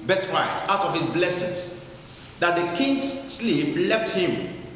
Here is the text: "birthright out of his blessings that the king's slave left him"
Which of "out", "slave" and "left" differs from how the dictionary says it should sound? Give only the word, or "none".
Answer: slave